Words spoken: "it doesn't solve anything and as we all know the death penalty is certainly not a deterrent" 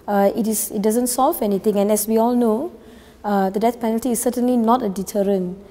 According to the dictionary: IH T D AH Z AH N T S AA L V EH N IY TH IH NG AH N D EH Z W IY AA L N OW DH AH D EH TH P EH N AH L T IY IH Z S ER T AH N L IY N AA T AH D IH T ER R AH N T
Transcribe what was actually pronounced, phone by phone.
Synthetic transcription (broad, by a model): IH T D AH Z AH N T S AA L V EH N IY T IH NG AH N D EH S W IY AA L N OW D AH D EH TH P EH N AH L T IY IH S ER T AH N L IY N AA T AH D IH T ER R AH N